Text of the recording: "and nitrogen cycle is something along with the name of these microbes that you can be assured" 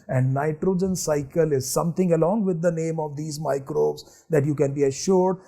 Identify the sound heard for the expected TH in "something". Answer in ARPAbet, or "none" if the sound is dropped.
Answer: T